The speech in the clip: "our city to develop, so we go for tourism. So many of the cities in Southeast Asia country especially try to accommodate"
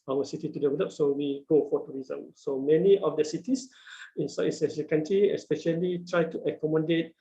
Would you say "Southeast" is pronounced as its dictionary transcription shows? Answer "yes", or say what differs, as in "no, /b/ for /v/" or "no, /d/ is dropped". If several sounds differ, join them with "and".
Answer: no, /t/ is dropped